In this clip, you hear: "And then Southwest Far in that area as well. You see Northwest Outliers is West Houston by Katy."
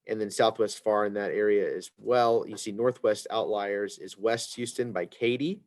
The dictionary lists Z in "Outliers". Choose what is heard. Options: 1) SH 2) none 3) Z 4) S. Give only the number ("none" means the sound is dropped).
3